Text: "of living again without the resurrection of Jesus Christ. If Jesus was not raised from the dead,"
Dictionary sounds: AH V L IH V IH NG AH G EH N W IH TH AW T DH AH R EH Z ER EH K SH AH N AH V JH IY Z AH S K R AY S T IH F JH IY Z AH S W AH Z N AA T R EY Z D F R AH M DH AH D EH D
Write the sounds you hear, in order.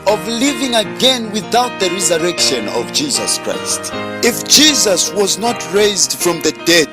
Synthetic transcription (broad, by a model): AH V L IH V IH NG AH G EH N W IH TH AW T DH AH R EH Z ER EH K SH AH N AH V JH IY Z AH S K R AY S T IH F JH IY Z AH S W AH Z N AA T R EY Z D F R AH M DH AH D EH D